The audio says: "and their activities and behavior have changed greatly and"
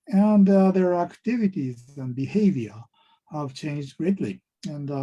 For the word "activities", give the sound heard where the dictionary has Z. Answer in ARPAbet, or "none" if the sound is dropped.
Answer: Z